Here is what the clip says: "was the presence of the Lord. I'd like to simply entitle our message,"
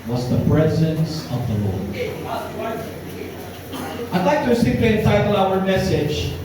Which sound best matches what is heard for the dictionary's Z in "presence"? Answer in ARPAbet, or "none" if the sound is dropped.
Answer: Z